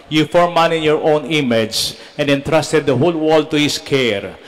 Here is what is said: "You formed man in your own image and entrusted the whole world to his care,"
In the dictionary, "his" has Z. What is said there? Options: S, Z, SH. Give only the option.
S